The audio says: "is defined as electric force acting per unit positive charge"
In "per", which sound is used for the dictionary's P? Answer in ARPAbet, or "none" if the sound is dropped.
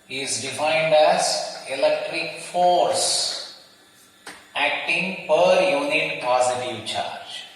P